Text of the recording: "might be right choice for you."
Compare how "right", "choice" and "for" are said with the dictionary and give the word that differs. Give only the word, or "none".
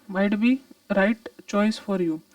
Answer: none